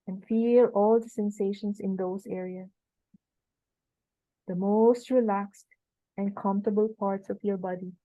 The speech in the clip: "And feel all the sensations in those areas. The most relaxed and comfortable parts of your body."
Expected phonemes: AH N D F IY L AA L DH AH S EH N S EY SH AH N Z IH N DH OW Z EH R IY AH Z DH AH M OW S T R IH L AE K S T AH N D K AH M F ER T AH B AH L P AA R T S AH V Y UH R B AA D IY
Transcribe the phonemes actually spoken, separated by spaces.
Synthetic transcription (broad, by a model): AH N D F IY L AA L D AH S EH N S EY SH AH N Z IH N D OW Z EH R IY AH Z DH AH M OW S T R IH L AE K S T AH N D K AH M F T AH B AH L P AA R T S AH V Y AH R B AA D IY